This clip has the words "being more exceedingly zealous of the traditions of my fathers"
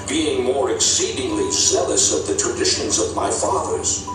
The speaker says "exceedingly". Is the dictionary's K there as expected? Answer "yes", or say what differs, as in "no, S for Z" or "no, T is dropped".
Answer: yes